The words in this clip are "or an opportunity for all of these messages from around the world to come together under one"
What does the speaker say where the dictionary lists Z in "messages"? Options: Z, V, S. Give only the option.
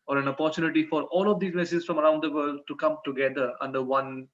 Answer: S